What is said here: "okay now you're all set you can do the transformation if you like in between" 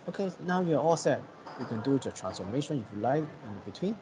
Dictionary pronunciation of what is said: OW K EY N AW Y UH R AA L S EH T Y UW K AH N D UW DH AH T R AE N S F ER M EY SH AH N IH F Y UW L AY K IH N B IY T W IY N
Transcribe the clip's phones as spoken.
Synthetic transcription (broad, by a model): OW K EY N AW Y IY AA AA L S EH T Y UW K AH N D UW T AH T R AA N S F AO M EY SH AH N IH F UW L AY IH N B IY T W IY N